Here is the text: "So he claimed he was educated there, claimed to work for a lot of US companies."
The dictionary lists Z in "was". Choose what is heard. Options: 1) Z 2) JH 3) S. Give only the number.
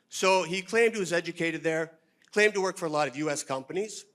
1